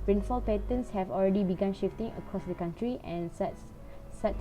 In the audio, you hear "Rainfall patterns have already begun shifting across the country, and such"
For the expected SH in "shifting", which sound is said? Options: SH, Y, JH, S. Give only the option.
SH